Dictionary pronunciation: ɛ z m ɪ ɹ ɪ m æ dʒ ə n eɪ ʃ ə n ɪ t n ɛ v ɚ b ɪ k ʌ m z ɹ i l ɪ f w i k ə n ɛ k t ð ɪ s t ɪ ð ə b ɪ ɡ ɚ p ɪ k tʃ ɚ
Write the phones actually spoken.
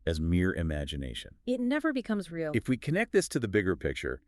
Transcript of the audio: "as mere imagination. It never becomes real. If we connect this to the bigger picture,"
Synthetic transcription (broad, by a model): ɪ z m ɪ ɹ ɪ m æ dʒ ə n eɪ ʃ ə n ɪ t n ɛ v ɚ b ɪ k ʌ m z ɹ i l ɪ f w i k ə n ɛ k t ð ɪ s t ɪ ð ə b ɪ ɡ ɚ p ɪ k tʃ ɚ